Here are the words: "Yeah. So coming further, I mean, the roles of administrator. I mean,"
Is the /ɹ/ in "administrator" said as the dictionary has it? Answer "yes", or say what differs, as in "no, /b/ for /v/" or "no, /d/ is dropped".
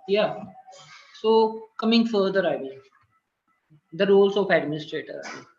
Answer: yes